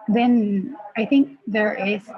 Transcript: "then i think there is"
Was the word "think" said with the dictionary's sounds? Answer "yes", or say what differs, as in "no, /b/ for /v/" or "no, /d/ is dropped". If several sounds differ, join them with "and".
yes